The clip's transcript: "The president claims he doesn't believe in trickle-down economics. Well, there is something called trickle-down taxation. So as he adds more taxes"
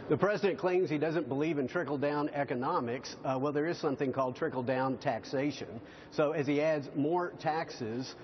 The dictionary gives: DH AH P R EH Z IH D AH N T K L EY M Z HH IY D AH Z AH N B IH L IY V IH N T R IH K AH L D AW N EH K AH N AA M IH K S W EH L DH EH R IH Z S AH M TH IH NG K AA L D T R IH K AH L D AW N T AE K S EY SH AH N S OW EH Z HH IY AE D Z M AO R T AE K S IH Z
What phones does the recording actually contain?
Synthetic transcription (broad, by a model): DH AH P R EH Z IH D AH N K L EY M Z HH IY D AH Z AH N B IH L IY V IH N T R IH K L D AW N EH K AH N AA M IH K S W EH L DH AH R IH Z S AH M TH IH NG K AA L D T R IH K L D AW N T AE K S EY SH AH N S OW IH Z IY AE D Z M AO R T AE K S IH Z